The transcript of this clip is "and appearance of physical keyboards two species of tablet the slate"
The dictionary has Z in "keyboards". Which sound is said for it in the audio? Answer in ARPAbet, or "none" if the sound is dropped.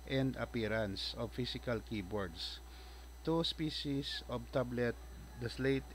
S